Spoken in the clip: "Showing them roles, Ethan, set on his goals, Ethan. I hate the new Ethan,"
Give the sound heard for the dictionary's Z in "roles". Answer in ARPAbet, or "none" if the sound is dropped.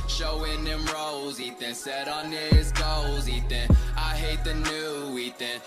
Z